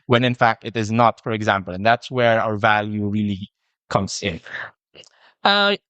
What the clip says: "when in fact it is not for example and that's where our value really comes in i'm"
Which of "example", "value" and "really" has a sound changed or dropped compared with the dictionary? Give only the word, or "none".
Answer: none